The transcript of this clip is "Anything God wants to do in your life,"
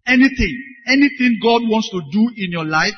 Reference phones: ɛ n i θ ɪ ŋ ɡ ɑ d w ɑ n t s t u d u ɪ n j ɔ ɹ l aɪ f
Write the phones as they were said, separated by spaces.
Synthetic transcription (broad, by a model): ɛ n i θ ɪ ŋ ɡ ɑ d w ɑ n t s t u d u ɪ n j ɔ l aɪ f